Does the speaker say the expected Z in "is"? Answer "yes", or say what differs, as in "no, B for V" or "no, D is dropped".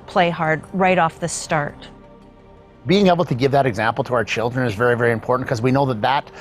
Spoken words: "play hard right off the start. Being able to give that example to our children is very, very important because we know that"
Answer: yes